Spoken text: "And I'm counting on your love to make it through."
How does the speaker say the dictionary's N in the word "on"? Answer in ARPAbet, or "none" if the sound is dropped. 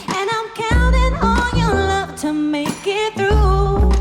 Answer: L